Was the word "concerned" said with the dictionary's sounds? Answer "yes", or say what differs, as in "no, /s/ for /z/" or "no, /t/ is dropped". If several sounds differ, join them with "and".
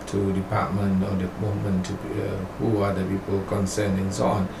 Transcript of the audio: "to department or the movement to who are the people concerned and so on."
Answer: no, /d/ is dropped